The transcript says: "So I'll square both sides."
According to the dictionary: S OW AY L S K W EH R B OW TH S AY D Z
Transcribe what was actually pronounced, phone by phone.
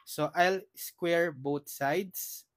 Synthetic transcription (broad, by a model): S OW AY L S K W EH R B OW T S AY D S